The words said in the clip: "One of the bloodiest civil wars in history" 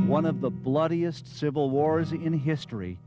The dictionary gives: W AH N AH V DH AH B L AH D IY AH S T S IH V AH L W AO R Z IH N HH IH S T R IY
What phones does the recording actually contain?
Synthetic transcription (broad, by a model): W AH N AH V DH AH B L AH D IY AH S T S IH V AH L W AO R Z IH N HH IH S T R IY